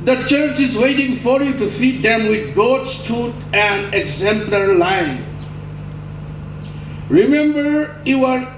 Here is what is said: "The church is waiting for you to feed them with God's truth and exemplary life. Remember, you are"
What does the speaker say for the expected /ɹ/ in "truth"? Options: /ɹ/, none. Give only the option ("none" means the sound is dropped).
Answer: none